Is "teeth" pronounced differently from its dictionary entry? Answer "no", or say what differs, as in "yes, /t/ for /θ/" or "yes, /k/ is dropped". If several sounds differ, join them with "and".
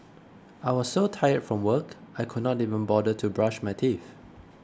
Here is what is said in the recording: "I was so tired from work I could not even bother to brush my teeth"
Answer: yes, /f/ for /θ/